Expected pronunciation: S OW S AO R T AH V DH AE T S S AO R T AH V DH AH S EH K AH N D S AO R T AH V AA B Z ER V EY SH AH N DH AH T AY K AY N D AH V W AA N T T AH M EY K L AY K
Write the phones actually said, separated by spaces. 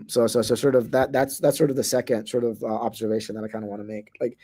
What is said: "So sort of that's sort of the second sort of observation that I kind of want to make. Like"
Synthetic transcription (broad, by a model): S OW S AO R T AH V DH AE T S S AO R T AH V DH AH S EH K AH N D S AO R T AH V AA B Z ER V EY SH AH N DH AH T AY K AY N D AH W AA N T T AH M EY K L AY K